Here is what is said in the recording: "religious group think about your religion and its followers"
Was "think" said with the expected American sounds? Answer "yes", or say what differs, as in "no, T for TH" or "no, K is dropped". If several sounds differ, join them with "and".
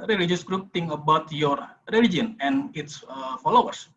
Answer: no, T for TH and K is dropped